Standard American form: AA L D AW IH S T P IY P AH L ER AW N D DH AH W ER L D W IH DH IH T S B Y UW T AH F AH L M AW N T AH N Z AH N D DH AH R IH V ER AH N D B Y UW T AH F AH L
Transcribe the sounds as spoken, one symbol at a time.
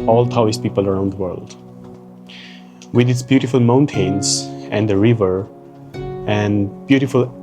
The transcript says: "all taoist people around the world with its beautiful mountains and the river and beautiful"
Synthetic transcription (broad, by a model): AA L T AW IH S P IY P AH L ER AW N D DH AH W ER L D W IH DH IH T S B Y UW T AH F AH L M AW N T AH N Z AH N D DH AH R IH V ER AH N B Y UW T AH F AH L